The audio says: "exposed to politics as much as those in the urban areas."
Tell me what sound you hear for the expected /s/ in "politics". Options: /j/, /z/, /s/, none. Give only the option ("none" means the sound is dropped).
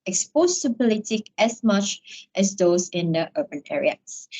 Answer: none